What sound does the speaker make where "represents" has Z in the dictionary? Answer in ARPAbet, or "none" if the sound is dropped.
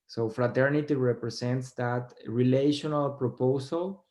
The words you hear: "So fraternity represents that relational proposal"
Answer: S